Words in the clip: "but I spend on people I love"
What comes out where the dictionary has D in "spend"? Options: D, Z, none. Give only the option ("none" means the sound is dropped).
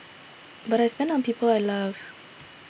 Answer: none